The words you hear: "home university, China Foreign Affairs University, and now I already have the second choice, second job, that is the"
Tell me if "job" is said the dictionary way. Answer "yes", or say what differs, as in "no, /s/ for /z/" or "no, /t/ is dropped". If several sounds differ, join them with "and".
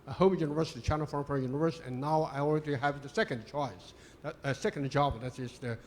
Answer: yes